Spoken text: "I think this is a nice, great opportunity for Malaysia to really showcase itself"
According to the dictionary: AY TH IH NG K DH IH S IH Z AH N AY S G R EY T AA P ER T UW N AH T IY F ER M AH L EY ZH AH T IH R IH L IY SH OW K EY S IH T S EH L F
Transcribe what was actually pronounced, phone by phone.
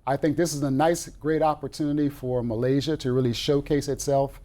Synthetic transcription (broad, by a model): AY TH IH NG K DH IH S IH Z AH N AY S G R EY T AA P ER T UW N AH T IY F ER M AH L EY ZH AH T IH R IH L IY SH OW K EY S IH T S EH L F